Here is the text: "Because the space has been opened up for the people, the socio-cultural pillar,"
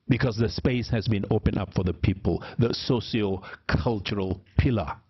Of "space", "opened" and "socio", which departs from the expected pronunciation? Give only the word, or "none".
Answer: opened